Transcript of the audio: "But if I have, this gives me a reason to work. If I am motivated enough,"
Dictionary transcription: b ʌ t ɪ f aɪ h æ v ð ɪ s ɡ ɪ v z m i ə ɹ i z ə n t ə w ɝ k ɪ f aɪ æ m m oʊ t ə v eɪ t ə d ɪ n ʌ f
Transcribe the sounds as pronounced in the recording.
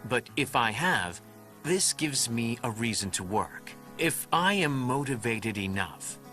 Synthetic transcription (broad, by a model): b ʌ t ɪ f aɪ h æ v ð ɪ s ɡ ɪ v z m i ə ɹ i z ə n t ə w ɝ k ɪ f aɪ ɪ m m oʊ t ə v eɪ t ə d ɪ n ʌ f